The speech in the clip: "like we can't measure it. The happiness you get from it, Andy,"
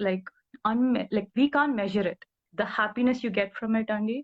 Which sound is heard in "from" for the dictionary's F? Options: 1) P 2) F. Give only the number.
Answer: 2